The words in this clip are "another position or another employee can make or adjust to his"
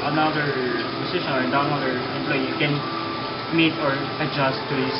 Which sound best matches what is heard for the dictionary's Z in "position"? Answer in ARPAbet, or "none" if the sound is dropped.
S